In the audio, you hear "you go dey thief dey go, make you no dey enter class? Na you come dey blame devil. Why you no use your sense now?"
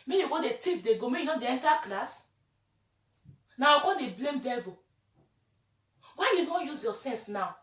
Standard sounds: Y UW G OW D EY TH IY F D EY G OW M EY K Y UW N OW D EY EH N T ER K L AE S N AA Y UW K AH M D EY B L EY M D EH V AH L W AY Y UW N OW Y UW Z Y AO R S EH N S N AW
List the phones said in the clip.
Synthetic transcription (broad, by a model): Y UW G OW D EY T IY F D EY G OW M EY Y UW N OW D EY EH N T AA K L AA S N AA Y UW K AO D EY B L EY M D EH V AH W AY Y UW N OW Y UW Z Y AO S EH N S N AW